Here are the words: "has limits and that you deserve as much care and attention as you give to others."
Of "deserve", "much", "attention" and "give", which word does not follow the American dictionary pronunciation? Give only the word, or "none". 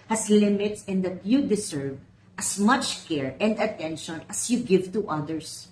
deserve